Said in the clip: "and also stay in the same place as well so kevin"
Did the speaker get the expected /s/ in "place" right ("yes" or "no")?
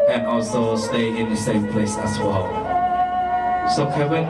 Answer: yes